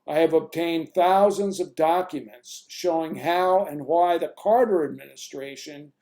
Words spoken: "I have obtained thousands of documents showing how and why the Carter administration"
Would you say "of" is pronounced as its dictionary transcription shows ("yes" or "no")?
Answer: yes